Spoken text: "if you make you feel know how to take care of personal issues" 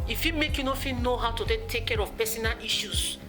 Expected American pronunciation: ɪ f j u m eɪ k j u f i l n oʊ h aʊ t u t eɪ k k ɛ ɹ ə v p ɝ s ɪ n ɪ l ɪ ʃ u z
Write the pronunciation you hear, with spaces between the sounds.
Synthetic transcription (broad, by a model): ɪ f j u m eɪ k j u f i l n oʊ h aʊ t u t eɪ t k ɛ ɹ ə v p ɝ s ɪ n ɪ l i ʃ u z